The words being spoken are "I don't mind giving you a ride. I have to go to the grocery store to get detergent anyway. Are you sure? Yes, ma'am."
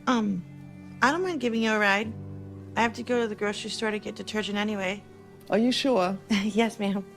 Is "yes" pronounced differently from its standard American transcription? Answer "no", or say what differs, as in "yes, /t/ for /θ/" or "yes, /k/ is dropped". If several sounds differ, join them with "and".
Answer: no